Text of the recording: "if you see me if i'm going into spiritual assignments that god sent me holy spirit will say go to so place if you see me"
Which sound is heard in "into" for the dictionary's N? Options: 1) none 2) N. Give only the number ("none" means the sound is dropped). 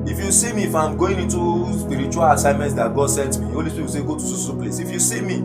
2